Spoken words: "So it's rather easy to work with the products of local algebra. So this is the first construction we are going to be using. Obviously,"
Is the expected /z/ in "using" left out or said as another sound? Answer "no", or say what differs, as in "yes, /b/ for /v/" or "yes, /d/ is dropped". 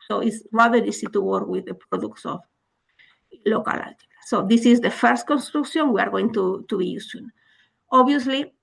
yes, /s/ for /z/